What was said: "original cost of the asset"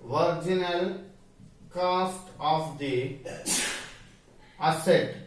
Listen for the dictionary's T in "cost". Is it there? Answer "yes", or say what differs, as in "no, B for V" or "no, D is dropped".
yes